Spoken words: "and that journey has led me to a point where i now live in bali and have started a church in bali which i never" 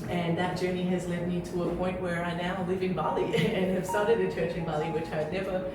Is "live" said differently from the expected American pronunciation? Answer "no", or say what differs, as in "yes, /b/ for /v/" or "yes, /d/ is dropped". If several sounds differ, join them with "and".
no